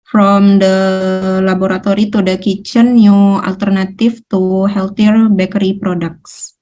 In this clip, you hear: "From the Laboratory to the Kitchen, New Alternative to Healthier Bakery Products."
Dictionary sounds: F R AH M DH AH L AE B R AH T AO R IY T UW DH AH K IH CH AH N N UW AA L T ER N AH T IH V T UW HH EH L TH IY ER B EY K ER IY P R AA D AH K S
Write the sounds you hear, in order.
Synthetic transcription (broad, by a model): F R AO M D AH L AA B R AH T AO R IY T UW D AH K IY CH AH N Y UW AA L T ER N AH T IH F T UW HH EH L T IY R B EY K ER IY P R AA D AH K S